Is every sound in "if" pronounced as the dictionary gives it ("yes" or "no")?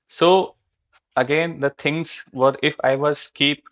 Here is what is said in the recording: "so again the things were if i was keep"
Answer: yes